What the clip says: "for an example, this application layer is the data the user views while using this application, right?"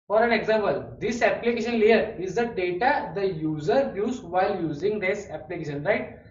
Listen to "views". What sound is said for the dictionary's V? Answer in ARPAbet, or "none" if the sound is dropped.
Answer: B